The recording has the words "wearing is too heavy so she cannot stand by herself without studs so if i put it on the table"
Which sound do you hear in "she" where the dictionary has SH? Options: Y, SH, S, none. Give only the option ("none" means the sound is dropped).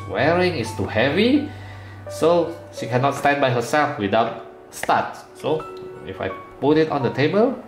SH